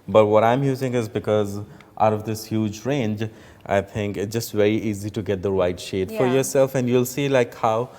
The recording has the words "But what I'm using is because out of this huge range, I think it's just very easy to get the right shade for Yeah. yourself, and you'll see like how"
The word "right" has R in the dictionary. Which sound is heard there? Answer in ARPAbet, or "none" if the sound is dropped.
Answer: W